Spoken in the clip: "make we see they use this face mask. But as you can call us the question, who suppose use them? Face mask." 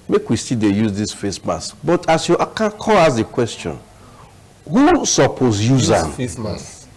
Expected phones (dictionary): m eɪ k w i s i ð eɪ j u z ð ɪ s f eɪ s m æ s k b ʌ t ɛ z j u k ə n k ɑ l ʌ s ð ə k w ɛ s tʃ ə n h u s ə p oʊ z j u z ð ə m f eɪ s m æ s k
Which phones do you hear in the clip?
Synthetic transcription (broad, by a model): m eɪ k w i s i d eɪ j u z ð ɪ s f eɪ s m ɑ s b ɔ t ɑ s j u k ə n k ɑ l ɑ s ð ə k w ɛ s tʃ ə n h u s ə p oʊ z j u z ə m f eɪ s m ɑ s